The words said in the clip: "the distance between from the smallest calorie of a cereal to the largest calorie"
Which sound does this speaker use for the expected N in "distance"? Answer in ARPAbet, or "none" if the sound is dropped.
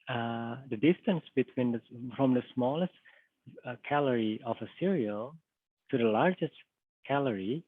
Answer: N